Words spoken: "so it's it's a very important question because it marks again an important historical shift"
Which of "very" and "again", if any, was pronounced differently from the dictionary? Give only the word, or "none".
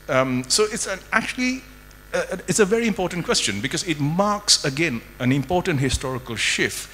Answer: none